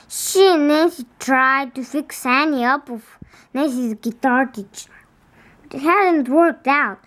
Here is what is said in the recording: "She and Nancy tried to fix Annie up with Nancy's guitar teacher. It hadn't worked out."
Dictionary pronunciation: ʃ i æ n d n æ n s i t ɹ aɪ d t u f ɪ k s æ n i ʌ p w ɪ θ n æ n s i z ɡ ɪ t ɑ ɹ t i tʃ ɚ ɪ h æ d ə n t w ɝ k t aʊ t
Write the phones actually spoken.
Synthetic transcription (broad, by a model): ʃ i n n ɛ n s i t ɹ aɪ d t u f ɪ k s æ n i ʌ p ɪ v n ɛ s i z ɡ ɪ t ɑ ɹ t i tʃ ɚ h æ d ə n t w ɝ k t aʊ t